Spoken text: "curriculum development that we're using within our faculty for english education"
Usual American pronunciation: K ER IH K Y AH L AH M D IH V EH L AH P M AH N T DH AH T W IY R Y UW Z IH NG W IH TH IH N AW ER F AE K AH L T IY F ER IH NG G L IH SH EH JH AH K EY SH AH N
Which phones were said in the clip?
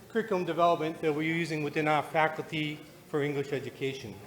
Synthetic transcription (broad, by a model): K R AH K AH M D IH V EH L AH P M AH N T DH AH T W IY R Y UW Z IH NG W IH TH IH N AW ER F AE K L T IY F ER IH NG G L IH SH EH JH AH K EY SH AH N